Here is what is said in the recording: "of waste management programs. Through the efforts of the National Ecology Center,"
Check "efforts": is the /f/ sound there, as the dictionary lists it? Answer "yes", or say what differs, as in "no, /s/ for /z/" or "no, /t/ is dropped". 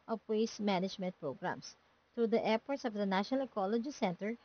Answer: no, /p/ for /f/